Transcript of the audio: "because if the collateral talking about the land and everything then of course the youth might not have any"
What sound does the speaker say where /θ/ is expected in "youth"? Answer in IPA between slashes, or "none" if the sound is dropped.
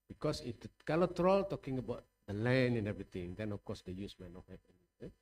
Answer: /s/